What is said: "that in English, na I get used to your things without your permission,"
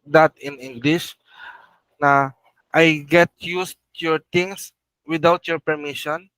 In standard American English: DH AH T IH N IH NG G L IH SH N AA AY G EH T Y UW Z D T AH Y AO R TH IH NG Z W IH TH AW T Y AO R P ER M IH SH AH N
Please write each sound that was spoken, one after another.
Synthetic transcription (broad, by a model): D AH T IH N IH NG G L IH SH N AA AY G EH T Y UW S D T Y AO R T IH NG S W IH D AW T Y AO R P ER M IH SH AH N